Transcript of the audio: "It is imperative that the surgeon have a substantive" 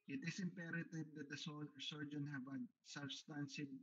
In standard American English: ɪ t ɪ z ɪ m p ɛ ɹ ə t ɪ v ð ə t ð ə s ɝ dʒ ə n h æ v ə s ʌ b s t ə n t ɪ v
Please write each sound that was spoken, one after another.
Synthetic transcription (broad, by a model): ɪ t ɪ s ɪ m p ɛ ɹ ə t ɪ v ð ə t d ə s ɝ dʒ ə n h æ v ə s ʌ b s t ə n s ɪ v